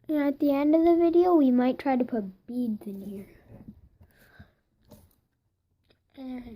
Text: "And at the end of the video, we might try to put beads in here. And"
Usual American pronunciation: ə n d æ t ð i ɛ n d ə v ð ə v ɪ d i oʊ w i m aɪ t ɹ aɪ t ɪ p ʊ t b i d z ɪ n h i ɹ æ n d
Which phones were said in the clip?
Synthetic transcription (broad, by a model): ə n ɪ t ð i ɛ n d ə v ð ə v ɪ d i oʊ w i m aɪ t ɹ aɪ t ɪ p ʊ t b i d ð ɪ n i ɹ